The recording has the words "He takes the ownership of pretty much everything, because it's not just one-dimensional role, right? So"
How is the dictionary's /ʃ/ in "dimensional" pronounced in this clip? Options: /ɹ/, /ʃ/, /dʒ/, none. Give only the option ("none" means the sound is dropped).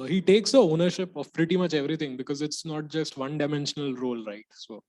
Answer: /ʃ/